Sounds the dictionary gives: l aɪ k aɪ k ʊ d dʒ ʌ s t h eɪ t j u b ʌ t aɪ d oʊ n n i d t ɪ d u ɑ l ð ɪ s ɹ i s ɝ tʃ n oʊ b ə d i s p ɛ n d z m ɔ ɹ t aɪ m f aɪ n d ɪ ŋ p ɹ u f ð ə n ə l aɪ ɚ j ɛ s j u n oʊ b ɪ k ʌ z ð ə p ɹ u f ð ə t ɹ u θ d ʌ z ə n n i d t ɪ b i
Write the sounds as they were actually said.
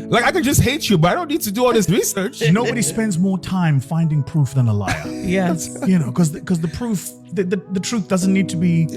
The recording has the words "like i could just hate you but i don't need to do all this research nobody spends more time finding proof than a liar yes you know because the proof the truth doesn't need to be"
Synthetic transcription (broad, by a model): l aɪ k aɪ k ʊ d dʒ ʌ s t h eɪ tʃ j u b ʌ t aɪ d oʊ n n i d t ɪ d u ɑ l ð ɪ s ɹ i s ɝ tʃ n oʊ b ə d i s p ɛ n d z m ɔ ɹ t aɪ m f aɪ n d ɪ ŋ p ɹ u f ð ə n ə l aɪ ɚ j ɛ s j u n oʊ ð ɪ k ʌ z ð ə p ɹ u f ð ə t ɹ u θ d ʌ z ə n n i d t ɪ b i